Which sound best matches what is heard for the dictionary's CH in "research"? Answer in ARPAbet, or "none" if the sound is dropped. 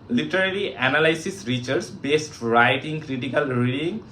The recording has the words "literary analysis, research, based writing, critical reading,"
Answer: S